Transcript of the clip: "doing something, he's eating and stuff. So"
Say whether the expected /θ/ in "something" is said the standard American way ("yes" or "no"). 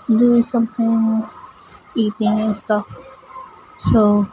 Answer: no